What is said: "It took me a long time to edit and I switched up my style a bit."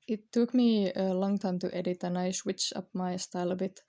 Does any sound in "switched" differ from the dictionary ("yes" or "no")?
yes